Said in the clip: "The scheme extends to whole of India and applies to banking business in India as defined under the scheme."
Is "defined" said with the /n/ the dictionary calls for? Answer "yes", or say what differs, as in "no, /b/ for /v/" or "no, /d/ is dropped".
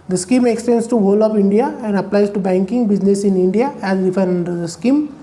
no, /n/ is dropped